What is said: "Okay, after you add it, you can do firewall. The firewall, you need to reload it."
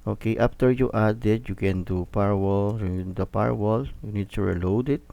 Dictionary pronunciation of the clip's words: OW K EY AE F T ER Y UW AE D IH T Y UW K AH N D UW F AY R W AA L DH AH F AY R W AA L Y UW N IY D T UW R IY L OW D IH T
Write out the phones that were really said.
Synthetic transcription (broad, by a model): OW K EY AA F T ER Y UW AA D IH T Y UW K AH N D UW P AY R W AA L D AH P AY R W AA L Y UW N IY D T UW R IY L OW D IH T